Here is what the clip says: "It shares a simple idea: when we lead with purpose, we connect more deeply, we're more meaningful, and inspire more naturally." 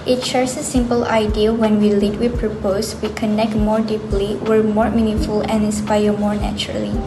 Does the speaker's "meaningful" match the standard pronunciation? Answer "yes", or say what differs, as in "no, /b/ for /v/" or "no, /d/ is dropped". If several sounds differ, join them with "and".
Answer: no, /ŋ/ is dropped